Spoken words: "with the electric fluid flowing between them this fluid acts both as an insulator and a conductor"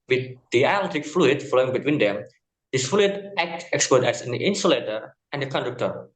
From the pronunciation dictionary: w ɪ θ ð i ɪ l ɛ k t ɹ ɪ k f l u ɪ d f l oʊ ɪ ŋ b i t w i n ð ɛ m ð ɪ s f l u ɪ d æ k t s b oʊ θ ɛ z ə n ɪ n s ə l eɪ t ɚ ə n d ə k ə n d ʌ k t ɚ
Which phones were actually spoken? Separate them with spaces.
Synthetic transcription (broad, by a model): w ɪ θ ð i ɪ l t ɪ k f l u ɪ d f l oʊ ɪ ŋ b i t w i n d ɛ m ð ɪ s f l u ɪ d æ k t s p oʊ t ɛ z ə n ɪ n s ə l eɪ t ɚ ə n d ə k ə n d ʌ k t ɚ